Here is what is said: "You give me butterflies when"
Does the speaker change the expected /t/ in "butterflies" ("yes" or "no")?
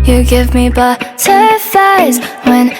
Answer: yes